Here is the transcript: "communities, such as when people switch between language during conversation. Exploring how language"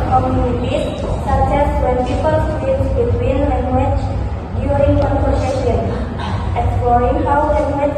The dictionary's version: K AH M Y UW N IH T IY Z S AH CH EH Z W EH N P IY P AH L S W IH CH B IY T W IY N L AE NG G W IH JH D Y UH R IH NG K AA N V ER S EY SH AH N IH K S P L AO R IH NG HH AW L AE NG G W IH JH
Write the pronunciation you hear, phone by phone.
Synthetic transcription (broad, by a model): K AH M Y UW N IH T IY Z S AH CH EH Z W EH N P IY P AH L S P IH S B IY T W IY N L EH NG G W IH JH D Y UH R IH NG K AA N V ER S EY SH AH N IH K S P L AO R IH NG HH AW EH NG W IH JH